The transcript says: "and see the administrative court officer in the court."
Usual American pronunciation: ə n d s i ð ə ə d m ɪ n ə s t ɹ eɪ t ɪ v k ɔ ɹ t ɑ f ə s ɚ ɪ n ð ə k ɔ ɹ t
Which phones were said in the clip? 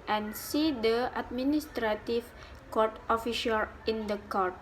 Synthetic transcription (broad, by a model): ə n s i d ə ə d m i n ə s t ɹ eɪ t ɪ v k ɔ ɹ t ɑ f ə ʃ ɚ ɪ n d ə k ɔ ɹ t